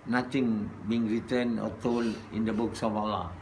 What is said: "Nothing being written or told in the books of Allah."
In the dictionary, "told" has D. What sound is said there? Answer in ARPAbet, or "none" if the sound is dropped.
none